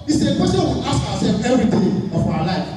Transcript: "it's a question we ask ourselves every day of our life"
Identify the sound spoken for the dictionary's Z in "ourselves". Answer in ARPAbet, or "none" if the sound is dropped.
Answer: none